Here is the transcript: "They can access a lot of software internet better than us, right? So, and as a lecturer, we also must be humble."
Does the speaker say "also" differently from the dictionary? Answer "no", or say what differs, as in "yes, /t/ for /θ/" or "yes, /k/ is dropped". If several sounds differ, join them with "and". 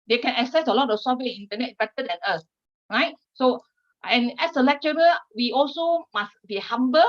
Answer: no